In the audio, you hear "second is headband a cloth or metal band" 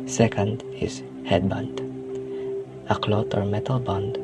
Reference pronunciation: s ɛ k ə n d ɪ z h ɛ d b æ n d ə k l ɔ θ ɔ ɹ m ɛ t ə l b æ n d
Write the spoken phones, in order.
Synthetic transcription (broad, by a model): s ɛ k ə n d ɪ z h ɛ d b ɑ n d ə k l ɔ t ɔ ɹ m ɛ t ə l b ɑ n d